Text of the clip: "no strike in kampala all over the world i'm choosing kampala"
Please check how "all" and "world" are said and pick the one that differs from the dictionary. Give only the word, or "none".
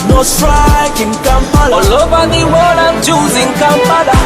world